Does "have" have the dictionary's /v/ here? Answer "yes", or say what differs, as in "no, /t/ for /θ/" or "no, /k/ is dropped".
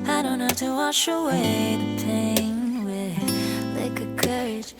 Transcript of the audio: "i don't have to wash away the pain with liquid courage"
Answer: no, /f/ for /v/